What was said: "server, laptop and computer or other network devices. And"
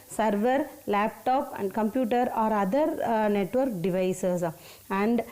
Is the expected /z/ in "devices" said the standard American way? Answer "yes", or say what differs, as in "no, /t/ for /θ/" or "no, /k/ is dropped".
no, /s/ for /z/